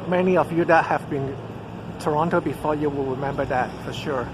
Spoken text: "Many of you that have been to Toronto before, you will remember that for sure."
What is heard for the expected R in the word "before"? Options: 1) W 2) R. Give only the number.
2